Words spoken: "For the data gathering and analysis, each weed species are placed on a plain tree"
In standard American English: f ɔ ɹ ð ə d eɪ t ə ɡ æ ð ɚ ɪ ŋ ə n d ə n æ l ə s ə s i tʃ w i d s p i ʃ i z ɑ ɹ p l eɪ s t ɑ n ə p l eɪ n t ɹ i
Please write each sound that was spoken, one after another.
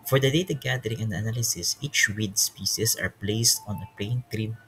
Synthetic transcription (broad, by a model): f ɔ ɹ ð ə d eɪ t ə ɡ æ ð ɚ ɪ ŋ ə n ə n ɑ l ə s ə s i tʃ w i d s p i s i s ɑ ɹ p l eɪ s t ɑ n ə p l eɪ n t ɹ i